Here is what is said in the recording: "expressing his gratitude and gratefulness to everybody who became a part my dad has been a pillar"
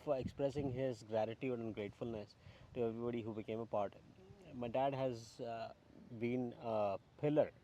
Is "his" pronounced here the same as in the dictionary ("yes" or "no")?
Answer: yes